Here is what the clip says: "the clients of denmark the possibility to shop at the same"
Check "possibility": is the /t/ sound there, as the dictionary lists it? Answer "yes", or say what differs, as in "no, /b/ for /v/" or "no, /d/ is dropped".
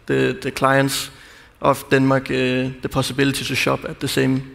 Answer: no, /s/ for /t/